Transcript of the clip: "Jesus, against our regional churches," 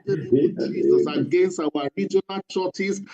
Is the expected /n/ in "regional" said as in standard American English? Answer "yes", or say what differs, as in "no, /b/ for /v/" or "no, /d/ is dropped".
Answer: yes